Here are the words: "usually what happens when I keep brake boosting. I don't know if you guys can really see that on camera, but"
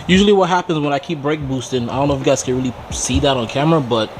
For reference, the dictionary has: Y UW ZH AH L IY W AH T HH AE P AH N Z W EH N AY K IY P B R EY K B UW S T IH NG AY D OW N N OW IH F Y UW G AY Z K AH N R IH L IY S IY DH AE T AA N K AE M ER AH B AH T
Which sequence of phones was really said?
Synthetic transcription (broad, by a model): Y UW ZH L IY W AH T HH AE P AH N Z W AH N AY K IY P B R EY K B UW S T IH NG AY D OW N N OW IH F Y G AY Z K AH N R IH L IY S IY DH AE T N K AE M ER AH B AH T